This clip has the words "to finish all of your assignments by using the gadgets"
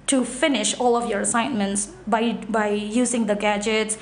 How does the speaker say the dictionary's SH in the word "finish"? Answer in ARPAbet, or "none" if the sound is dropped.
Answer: SH